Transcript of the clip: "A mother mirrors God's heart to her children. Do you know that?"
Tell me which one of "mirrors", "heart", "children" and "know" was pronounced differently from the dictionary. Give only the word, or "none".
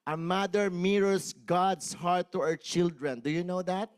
mirrors